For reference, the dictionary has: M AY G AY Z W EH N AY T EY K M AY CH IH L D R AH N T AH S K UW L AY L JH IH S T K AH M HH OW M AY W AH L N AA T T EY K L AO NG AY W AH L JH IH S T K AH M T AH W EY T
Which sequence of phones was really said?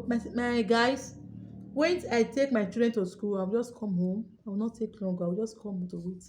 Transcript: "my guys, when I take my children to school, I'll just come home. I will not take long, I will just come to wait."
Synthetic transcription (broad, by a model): M AY G AY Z W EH N AY T EY K M AY CH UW D R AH N T AH S K UW L AY W JH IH S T K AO M HH OW M AY W AH L N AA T T EY K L AO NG AY W AH L JH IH S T K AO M T AH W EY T